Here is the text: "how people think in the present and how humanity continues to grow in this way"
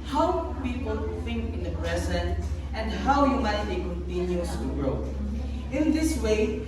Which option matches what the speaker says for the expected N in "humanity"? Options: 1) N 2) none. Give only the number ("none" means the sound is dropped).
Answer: 2